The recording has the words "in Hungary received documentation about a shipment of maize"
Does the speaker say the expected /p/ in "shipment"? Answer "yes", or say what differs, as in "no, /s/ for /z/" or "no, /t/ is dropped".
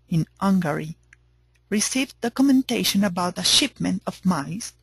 yes